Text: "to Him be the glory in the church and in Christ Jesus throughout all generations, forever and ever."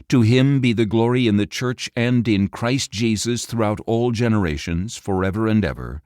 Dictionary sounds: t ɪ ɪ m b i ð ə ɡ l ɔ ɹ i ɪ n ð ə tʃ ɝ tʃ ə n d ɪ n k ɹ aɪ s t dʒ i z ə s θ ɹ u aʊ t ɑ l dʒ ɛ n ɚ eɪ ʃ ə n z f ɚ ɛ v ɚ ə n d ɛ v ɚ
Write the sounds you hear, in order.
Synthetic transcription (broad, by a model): t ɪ ɪ m b i ð ə ɡ l ɔ ɹ i ɪ n ð ə tʃ ɝ tʃ ə n d ɪ n k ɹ aɪ s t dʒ i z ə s θ ɹ u aʊ t ɑ l dʒ ɛ n ɚ eɪ ʃ ə n z f ɚ ɛ v ɚ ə n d ɛ v ɚ